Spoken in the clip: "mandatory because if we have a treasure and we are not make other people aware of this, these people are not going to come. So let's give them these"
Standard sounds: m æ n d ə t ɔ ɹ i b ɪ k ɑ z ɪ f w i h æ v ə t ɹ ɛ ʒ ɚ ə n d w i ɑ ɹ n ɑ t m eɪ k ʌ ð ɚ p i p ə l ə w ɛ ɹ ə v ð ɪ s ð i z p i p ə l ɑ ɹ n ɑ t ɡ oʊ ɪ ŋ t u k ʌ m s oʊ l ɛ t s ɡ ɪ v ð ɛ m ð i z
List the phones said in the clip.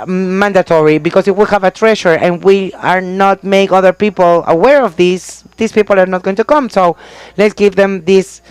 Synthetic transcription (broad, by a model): m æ n d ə t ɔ ɹ i b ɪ k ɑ s ɪ f w i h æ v ə t ɹ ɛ ʃ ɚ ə n w i ɑ ɹ n ɑ t m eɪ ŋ ʌ ð ɚ p i p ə l ə w ɛ ɹ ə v ð ɪ s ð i s p i p ə l ɑ ɹ n ɑ t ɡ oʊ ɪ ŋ t u k ʌ m s oʊ l ɛ t s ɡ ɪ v ð ɛ m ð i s